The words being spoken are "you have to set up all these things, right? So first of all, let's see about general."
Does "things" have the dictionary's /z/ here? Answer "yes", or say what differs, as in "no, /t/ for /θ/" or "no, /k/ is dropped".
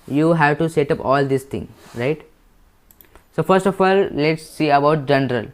no, /z/ is dropped